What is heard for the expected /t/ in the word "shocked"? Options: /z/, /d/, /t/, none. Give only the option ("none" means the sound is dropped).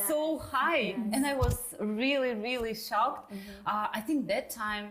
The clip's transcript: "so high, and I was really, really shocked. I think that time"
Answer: /t/